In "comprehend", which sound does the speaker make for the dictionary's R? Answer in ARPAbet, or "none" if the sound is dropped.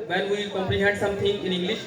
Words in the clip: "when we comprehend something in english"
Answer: L